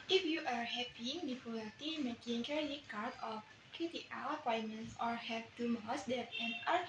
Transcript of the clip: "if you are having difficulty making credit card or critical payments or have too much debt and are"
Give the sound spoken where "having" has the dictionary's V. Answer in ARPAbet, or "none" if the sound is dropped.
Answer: P